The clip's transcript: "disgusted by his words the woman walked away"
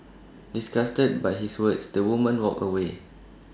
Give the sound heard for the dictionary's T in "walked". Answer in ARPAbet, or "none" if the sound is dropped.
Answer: none